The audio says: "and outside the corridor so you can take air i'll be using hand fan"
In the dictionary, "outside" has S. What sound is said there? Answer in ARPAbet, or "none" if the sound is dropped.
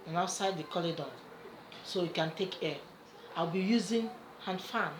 S